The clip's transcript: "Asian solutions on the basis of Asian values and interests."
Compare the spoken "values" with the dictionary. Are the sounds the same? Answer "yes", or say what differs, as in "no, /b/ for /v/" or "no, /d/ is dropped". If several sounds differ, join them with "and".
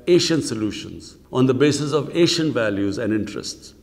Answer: yes